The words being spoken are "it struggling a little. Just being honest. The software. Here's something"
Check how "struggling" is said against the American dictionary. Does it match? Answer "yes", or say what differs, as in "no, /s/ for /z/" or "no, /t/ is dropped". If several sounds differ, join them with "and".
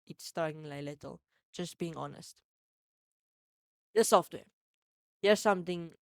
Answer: no, /l/ is dropped